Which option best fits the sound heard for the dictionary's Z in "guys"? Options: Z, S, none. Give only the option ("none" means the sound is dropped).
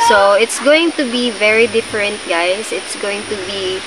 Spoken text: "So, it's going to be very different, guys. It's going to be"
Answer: S